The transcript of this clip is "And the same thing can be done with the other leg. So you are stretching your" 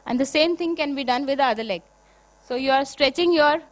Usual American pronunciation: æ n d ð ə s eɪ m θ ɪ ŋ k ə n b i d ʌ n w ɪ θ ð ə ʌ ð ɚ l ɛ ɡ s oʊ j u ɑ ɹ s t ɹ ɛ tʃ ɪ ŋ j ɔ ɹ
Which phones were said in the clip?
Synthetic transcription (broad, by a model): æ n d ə s eɪ m t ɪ ŋ k ə n b i d ʌ n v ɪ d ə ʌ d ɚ l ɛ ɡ s oʊ j u ɑ ɹ s t ɹ ɛ tʃ ɪ ŋ j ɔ ɹ